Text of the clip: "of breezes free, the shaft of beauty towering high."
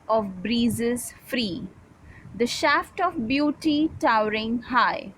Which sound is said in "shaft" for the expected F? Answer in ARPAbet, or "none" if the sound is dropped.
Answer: F